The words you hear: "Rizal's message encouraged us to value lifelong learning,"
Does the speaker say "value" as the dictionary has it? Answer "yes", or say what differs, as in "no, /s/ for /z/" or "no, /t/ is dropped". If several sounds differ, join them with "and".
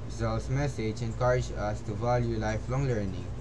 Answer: yes